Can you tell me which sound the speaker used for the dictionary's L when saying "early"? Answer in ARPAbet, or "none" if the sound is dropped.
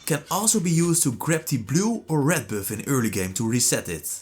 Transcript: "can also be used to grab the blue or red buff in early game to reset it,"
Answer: L